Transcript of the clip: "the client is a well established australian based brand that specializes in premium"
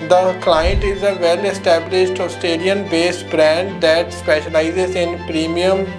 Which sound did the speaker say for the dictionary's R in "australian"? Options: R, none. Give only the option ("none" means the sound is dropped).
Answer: none